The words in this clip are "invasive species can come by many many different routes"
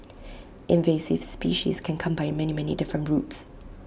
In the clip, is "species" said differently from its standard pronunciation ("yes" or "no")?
no